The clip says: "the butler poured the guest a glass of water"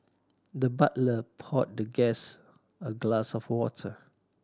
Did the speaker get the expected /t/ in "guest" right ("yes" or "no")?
no